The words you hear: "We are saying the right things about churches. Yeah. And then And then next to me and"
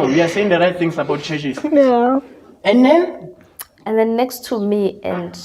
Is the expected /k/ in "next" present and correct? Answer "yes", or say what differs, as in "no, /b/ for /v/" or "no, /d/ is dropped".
yes